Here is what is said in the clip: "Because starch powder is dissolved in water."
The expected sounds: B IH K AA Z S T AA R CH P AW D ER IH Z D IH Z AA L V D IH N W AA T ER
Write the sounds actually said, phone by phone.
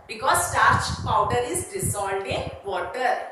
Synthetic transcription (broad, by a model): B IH K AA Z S T AA R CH P AW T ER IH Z D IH S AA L D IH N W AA T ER